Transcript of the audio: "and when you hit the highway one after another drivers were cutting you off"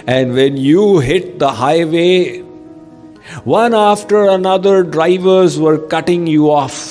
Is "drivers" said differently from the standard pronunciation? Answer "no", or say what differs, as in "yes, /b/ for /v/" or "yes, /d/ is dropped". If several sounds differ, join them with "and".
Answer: no